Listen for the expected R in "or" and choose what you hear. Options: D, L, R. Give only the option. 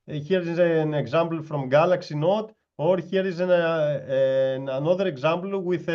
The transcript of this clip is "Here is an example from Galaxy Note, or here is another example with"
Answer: R